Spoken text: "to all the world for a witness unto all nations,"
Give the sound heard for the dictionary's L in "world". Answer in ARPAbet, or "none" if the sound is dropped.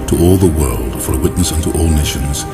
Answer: L